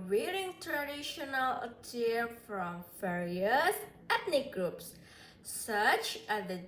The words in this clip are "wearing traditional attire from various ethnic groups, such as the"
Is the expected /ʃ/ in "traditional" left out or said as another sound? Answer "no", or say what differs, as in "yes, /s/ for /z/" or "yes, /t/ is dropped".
no